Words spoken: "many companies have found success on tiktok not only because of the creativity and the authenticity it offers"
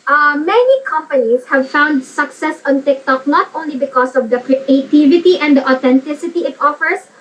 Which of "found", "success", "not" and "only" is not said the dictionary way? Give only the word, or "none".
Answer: not